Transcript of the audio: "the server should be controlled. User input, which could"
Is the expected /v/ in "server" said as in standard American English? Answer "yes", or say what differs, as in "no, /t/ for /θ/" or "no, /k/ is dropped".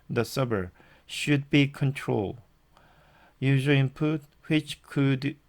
no, /b/ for /v/